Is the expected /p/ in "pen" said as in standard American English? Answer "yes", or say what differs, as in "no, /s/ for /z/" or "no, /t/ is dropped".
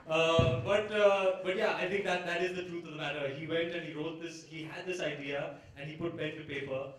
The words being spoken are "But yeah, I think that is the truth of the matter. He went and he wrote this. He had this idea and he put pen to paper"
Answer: no, /b/ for /p/